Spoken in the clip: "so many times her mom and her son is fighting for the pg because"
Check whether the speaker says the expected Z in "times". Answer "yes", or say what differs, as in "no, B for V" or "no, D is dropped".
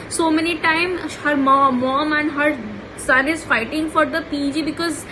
no, Z is dropped